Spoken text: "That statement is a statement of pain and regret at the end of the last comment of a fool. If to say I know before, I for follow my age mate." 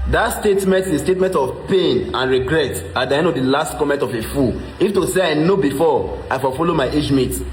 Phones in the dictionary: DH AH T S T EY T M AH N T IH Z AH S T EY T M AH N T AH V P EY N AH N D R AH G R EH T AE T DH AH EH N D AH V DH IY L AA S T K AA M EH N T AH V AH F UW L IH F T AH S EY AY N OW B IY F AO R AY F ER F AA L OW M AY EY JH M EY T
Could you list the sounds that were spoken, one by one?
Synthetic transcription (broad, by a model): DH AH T S T EY T M AH N T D AH S T EY T M AH N T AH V P EY N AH N R AH G R EH T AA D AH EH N AH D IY L AA S T K AA M EH N T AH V AH F UW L IH F T AH S EY AY N OW B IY F AO AY F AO F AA L OW M AY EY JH M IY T